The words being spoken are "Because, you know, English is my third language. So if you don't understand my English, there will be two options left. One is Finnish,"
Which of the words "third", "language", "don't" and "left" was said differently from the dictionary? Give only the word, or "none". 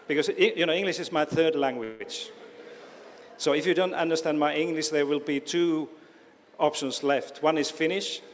none